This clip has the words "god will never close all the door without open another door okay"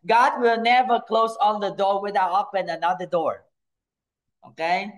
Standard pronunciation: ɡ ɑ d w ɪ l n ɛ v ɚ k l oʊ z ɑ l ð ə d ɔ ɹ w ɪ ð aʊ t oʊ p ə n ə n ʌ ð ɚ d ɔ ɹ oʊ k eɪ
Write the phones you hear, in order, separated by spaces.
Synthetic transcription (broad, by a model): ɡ ɑ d w ɪ l n ɛ v ɚ k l oʊ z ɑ n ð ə d ɔ ɹ w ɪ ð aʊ oʊ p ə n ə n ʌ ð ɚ d ɔ ɹ oʊ k eɪ